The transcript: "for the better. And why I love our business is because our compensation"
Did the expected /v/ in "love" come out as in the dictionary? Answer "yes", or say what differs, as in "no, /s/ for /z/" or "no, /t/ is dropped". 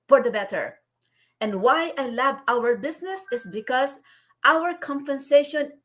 no, /b/ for /v/